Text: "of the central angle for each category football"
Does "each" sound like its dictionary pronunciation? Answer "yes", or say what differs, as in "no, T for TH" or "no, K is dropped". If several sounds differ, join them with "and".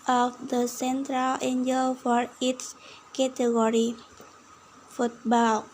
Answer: no, S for CH